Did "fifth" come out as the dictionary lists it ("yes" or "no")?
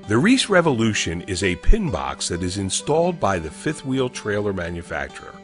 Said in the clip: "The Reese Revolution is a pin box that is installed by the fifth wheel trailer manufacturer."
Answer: yes